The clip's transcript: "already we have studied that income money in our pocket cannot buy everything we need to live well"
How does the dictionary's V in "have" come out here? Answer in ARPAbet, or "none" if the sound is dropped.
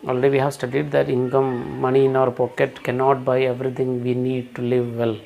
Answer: V